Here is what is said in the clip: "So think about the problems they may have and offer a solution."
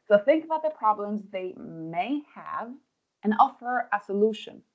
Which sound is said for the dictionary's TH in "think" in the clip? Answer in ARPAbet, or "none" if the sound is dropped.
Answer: TH